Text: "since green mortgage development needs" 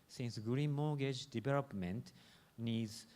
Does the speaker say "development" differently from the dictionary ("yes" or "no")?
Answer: yes